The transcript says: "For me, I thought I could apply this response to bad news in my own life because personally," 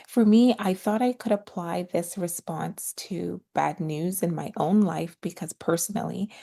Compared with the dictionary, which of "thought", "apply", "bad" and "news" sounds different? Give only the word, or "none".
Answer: none